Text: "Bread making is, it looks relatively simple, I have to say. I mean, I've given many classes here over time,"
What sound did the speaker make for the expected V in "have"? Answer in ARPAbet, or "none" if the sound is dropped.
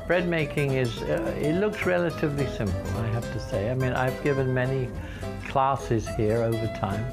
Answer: F